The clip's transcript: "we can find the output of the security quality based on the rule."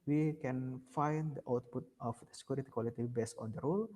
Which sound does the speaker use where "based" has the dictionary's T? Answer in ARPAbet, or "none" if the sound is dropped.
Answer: none